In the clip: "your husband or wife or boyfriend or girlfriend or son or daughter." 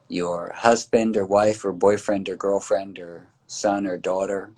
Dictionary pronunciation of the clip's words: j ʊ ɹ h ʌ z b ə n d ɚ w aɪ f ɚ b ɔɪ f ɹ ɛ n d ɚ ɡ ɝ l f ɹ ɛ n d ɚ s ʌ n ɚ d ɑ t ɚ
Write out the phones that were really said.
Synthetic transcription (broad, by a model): j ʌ ɹ h ʌ z b ə n d ɚ w aɪ f ɚ b ɔɪ f ɹ ɛ n d ɚ ɡ ɝ l f ɹ ɛ n d ɚ s ʌ n ɚ d ɑ t ɚ